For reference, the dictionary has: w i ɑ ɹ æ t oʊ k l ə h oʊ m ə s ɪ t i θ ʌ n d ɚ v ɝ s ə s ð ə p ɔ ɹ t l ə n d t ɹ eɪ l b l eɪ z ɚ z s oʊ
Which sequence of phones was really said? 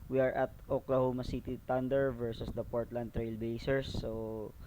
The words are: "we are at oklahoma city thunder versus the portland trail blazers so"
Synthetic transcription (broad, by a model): w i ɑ ɹ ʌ t oʊ k l ə h oʊ m ə s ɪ t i t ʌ n d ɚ v ɝ s ə s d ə p ɔ ɹ t l ə n d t ɹ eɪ l b eɪ s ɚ s oʊ